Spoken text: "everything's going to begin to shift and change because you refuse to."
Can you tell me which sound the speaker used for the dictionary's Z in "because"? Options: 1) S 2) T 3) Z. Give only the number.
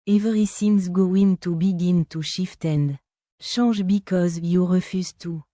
3